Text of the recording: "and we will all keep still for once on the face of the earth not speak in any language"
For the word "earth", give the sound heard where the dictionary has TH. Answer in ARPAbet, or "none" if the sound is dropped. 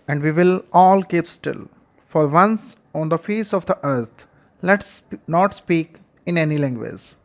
S